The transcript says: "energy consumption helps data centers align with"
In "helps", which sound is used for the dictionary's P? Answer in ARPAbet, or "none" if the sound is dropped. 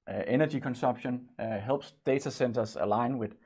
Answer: B